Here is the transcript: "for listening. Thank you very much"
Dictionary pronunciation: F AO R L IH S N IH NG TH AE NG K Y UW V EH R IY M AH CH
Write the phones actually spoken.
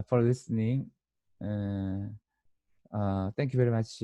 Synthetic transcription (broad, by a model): F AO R L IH S N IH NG T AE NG K Y UW V EH R IY M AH CH